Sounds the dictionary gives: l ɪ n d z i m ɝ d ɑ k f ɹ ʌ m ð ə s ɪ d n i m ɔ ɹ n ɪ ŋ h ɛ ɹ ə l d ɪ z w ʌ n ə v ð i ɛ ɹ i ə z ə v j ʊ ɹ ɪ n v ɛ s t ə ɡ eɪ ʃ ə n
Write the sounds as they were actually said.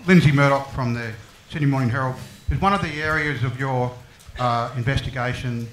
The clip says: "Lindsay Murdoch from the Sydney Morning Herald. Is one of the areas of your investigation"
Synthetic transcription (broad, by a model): l ɪ n z i m ɝ d ɑ k f ɹ ʌ m ð ə s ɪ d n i m ɔ ɹ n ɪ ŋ h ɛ ɹ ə l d ɪ z w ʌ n ə v ð i ɛ ɹ i ə z ə v j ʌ ɹ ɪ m v ɛ s t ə ɡ eɪ ʃ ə n